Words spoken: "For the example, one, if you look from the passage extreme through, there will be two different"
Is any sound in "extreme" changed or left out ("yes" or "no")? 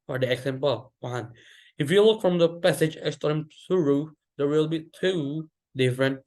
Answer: yes